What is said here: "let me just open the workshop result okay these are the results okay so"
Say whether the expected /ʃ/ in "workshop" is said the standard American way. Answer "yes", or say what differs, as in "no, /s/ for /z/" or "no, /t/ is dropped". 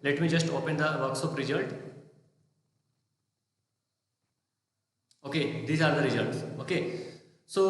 no, /s/ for /ʃ/